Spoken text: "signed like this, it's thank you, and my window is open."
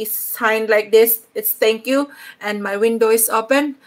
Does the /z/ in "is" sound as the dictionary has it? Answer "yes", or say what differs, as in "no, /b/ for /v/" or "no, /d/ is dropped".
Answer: no, /s/ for /z/